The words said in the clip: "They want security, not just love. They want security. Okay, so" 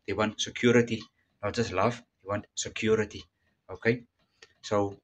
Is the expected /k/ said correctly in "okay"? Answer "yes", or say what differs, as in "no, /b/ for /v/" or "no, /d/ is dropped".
yes